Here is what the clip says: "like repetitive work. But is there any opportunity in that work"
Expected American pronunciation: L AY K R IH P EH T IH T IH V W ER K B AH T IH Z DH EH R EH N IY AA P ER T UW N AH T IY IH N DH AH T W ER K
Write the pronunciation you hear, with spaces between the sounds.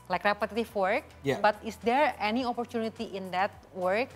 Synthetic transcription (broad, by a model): L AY K R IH P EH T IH T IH F W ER K B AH T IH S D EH R EH N IY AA P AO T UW N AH T IY IH N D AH T W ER K